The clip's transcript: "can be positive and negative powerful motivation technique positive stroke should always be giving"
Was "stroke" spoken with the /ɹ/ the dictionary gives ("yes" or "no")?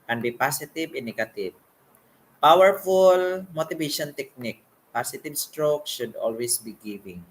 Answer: yes